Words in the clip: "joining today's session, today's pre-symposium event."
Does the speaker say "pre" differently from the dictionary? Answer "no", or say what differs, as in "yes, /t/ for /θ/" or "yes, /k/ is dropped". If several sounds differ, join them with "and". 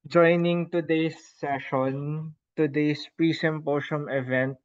no